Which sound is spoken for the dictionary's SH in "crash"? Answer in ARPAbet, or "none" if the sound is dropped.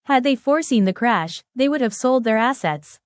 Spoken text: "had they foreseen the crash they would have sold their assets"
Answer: SH